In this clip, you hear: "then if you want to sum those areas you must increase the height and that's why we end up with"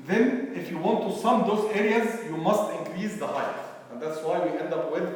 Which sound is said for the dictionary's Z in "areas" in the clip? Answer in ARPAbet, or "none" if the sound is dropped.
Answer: Z